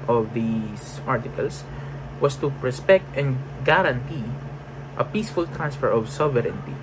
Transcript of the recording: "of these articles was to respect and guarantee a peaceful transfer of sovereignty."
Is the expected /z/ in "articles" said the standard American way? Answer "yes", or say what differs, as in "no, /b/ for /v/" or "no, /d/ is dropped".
no, /s/ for /z/